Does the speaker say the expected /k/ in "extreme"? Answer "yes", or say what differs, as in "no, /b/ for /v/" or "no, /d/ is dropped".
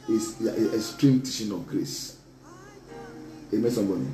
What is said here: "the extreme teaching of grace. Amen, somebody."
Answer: no, /k/ is dropped